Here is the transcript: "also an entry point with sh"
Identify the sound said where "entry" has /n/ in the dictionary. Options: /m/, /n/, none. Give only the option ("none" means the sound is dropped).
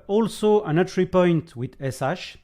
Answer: none